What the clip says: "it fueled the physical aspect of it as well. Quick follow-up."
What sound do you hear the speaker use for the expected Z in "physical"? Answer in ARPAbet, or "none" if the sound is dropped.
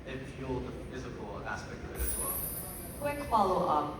Z